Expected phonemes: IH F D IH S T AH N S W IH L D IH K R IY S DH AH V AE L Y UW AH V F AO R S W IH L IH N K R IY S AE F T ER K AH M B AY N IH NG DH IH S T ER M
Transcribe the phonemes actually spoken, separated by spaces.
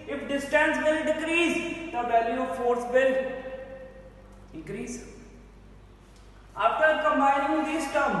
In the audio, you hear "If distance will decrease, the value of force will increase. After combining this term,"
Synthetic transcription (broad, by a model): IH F D IH S T AH N S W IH L D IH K R IY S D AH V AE L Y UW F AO R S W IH L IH K R IY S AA P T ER K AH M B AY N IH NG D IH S T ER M